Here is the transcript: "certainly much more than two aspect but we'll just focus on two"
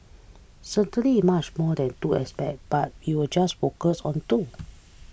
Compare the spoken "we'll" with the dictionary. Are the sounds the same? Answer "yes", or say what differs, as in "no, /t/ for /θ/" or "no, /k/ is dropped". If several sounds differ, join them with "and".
no, /w/ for /l/